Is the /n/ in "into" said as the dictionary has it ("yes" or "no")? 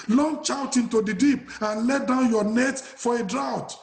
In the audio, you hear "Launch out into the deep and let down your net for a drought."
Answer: yes